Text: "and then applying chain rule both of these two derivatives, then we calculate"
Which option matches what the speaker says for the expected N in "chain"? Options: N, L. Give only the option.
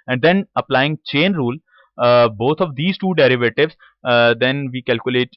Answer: N